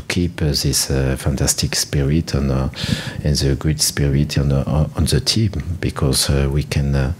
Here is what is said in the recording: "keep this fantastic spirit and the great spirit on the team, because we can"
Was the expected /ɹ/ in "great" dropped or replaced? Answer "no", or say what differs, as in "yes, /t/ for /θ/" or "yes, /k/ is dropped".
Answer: yes, /ɹ/ is dropped